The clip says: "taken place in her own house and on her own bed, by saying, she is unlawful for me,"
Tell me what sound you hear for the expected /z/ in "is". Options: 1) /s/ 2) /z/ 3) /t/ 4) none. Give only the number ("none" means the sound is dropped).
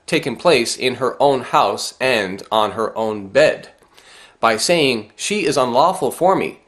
2